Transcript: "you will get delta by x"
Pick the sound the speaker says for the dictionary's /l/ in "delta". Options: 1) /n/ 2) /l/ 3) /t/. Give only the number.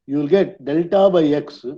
2